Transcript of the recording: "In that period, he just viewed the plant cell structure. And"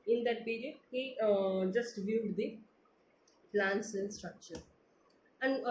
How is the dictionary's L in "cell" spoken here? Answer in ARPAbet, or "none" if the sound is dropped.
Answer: N